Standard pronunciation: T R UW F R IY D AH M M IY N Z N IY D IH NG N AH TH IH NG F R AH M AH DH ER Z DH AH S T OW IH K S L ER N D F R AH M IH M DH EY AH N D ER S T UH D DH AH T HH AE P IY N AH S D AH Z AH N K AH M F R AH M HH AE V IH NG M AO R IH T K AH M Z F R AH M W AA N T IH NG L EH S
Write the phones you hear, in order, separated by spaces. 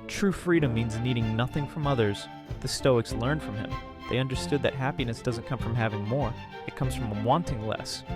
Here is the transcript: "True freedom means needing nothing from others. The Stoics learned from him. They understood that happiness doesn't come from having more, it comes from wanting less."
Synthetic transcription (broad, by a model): T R UW F R IY D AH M M IY N Z N IY D IH NG N AH TH IH NG F R AH M AH DH ER Z DH AH S T OW IH K S L ER N D F R AH M IH M DH EY AH N D ER S T UH D DH AH T HH AE P IY N AH S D AH Z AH N K AH M F R AH M HH AE V IH NG M AO R IH T K AH M Z F R AH M W AA N T IH NG L EH S